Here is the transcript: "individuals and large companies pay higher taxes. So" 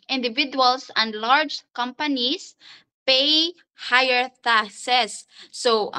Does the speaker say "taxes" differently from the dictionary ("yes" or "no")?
yes